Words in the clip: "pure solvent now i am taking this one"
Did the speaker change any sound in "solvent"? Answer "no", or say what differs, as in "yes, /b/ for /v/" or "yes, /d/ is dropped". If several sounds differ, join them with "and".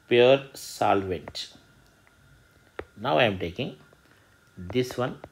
no